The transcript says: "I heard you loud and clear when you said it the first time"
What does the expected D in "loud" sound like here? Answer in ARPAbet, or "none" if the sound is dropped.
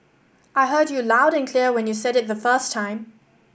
D